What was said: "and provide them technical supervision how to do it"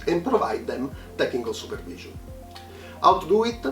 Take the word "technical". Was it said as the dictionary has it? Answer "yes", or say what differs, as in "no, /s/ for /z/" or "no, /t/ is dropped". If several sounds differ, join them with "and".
no, /n/ is dropped